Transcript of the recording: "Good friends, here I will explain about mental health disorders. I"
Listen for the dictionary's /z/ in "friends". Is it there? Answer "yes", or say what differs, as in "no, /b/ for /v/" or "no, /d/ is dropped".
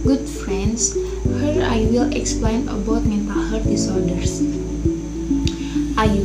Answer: no, /s/ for /z/